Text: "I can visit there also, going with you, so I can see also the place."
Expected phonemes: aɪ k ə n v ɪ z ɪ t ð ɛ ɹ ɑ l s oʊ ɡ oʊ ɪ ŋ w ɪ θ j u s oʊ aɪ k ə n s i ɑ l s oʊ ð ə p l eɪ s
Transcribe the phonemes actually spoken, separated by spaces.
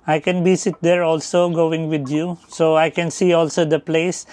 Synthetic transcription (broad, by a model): aɪ k ə n b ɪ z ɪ t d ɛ ɹ ɑ l s oʊ ɡ oʊ ɪ ŋ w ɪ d j u s oʊ aɪ k ə n s i ɑ l s oʊ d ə p l eɪ s